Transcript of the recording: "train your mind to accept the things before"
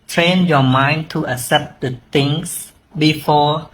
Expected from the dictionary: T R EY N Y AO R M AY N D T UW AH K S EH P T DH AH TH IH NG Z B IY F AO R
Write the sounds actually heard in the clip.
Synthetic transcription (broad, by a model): T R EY N Y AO M AY N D T UW AH K S EH P T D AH T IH NG S B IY F AO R